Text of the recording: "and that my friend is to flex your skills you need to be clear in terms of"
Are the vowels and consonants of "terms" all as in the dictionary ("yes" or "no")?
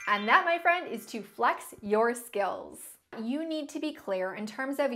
yes